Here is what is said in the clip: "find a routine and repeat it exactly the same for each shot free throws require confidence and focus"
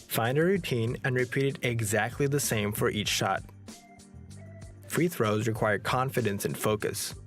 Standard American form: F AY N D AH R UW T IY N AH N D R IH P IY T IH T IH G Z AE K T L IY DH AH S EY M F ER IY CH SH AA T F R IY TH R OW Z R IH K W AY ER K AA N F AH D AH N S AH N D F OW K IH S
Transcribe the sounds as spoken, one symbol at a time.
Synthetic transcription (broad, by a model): F AY N D AH R UW T IY N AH N R IH P IY T IH T IH G Z AE K T L IY DH AH S EY M F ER IY CH SH AA T F R IY TH R OW Z R IH K W AY ER K AA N F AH D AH N S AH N F OW K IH S